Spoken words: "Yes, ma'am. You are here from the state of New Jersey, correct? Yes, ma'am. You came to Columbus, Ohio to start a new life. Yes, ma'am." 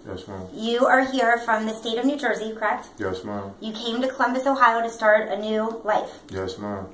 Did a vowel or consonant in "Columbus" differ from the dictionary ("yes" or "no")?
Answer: no